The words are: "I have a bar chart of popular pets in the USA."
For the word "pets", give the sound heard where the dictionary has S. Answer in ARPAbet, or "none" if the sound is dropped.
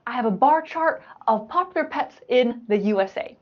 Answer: S